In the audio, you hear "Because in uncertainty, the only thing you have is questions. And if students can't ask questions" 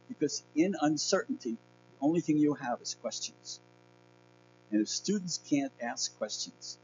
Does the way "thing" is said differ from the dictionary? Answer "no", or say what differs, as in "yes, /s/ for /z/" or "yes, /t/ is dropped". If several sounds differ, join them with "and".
no